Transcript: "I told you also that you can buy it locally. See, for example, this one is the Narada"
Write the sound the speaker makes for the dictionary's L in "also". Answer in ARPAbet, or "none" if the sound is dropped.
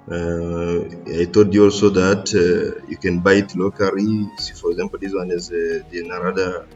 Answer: L